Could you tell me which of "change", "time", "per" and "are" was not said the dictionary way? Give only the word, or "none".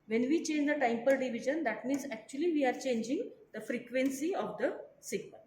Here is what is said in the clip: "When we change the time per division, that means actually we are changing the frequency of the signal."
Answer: none